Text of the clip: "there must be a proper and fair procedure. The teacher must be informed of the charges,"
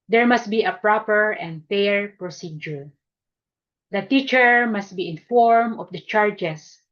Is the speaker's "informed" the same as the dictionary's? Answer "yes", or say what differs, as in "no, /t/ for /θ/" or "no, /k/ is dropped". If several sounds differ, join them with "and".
no, /d/ is dropped